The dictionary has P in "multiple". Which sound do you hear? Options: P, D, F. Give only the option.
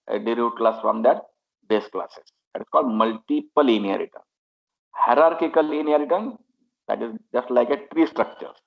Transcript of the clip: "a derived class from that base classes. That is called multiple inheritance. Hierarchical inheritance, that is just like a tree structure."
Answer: P